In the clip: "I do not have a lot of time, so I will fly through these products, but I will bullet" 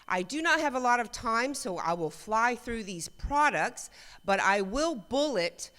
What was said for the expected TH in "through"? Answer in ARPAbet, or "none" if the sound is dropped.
TH